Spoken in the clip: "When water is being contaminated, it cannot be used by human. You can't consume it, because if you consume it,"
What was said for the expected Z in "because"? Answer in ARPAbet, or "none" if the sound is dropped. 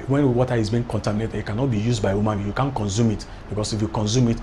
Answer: S